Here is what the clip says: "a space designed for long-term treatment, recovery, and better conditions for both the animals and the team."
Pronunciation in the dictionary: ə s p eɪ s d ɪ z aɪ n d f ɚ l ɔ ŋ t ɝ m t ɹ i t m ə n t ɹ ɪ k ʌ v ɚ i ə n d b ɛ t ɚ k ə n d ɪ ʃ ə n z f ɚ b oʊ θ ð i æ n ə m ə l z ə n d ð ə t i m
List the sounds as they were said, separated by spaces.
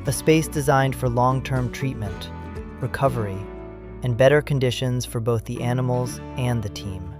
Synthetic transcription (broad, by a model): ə s p eɪ s d ɪ z aɪ n d f ɚ l ɔ ŋ t ɝ m t ɹ i t m ə n t ɹ ɪ k ʌ v ɚ i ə n b ɛ t ɚ k ə n d ɪ ʃ ə n z f ɚ b oʊ θ ð i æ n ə m l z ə n ð ə t i m